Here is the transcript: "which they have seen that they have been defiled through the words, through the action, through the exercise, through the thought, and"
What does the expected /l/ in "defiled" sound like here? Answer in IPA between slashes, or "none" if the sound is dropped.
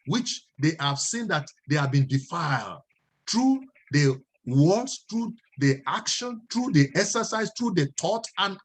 /l/